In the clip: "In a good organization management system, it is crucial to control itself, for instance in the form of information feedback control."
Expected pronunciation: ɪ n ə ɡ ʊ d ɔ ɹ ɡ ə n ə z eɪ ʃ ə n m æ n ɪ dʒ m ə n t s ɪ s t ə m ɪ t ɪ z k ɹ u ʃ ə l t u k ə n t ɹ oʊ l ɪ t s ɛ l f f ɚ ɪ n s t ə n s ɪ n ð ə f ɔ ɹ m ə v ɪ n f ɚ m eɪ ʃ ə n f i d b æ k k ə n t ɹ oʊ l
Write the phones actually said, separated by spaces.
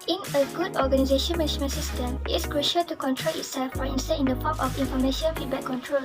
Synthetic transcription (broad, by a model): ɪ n ə ɡ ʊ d ɔ ɡ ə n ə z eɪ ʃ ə n m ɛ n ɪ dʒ m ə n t s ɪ s t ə m ɪ t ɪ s k ɹ u ʃ ə l t u k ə n t ɹ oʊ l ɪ t s ɛ l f f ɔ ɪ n s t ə ɪ n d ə p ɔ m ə f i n f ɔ m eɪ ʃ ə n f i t b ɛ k k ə n t ɹ oʊ l